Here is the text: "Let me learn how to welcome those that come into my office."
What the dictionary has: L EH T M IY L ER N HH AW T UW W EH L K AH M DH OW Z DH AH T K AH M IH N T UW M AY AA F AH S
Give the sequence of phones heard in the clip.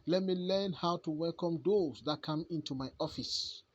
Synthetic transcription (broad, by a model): L EH T M IY L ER N HH AW T UW W EH L K AH M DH OW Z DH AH T K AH M IH N T UW M AY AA F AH S